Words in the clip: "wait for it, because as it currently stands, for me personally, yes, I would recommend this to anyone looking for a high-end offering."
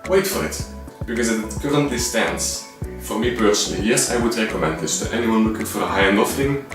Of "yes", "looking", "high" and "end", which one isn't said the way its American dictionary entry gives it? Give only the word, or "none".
end